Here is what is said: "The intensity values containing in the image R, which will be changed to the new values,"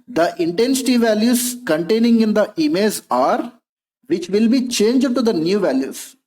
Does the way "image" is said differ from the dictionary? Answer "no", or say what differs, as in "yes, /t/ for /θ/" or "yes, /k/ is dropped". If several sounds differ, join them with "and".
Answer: yes, /z/ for /dʒ/